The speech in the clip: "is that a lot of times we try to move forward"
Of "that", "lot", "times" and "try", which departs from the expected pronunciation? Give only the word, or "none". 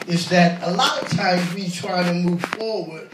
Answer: none